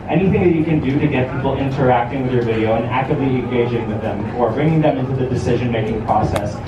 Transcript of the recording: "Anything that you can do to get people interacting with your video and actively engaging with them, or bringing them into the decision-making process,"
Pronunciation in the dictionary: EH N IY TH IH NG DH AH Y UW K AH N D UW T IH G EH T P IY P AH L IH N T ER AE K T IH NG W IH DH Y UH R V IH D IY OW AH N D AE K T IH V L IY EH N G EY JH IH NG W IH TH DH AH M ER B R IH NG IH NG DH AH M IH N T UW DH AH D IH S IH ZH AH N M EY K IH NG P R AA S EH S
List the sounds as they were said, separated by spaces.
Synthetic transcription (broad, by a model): EH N IY TH IH NG DH AH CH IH K AH N D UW T IH G EH T P IY P L IH N T ER AE K T IH NG W IH DH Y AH R V IH D IY OW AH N AE K T IH V L IY EH N G EY JH IH NG W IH DH AH M ER B R IH NG IH NG DH AH M IH N T UW DH AH D IH S IH ZH AH N M EY K IH NG P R AA S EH S